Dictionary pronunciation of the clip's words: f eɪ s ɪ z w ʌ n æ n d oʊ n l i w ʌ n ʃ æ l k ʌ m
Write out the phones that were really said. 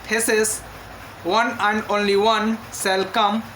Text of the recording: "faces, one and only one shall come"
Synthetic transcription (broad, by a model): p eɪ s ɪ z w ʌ n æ n d oʊ n l i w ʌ n s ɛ l k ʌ m